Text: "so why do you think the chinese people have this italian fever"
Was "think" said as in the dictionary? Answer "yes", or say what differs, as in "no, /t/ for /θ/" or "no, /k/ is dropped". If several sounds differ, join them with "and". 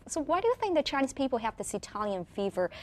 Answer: yes